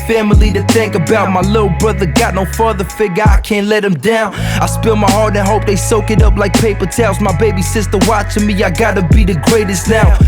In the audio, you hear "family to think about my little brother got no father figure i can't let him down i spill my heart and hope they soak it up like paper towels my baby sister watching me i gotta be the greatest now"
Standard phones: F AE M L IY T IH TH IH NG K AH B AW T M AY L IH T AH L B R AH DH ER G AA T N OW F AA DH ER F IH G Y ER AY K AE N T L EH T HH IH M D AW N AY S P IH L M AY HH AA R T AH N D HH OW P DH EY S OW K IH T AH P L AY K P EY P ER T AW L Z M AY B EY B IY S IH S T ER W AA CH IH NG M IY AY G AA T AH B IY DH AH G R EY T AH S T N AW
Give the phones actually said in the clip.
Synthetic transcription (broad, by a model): F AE M L IY T IH TH IH NG K AH B AW T M AY L IH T L B R AH DH ER G AA T N OW F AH DH ER F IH G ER AY K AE N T L EH T HH IH M D AW N AY S P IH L M AY HH AA R T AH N HH OW P DH EY S OW K IH T AH P L AY K P EY P ER T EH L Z M AY B EY B IY S IH S T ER W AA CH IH M IY AY G AA T AH B IY DH AH G R EY T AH S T N AW